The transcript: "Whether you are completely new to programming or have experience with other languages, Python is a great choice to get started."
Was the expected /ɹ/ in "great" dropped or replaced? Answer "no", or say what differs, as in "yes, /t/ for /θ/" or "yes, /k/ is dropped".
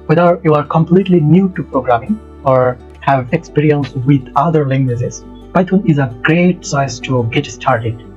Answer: no